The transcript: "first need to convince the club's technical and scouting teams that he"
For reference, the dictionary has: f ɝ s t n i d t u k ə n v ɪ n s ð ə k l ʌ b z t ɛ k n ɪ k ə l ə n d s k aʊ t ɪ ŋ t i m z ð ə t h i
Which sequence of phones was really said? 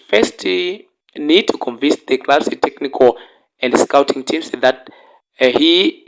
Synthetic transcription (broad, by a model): f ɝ s t n i d t u k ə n v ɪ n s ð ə k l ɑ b s t ɛ k n ɪ k ə l ə n d s k aʊ t ɪ ŋ t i m s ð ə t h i